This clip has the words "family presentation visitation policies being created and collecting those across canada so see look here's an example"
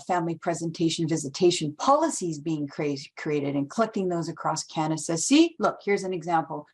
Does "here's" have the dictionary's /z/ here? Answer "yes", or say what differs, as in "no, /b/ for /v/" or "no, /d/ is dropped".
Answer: yes